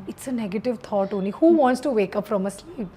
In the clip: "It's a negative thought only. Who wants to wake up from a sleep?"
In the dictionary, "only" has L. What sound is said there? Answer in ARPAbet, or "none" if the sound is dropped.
none